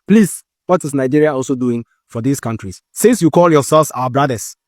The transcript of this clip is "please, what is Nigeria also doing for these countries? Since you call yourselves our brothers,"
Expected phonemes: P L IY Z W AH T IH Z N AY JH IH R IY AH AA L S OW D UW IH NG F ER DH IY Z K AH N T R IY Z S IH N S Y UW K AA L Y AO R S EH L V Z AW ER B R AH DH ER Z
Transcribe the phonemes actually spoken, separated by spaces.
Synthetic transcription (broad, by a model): P L IY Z W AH T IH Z N AY JH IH R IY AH AA L S OW D UW IH NG F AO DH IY S K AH N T R IY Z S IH S Y UW K AA L Y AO S EH L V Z AW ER B R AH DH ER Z